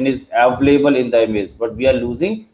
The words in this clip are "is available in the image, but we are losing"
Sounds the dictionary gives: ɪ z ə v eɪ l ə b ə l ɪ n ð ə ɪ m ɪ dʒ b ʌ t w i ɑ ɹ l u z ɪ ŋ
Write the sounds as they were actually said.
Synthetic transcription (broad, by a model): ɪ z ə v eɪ ə b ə l ɪ n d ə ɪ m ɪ z b ʌ t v i ɑ ɹ l u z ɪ ŋ